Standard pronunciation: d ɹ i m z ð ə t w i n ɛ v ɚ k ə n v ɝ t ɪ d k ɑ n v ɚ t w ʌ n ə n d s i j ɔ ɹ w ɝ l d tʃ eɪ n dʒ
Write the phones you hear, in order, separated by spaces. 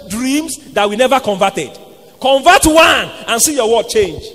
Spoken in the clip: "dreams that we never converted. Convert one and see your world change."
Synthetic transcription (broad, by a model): d ɹ i m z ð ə t w i n ɛ v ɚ k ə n v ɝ t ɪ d k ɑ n v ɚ t w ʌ n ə n s i j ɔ w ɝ d tʃ eɪ n dʒ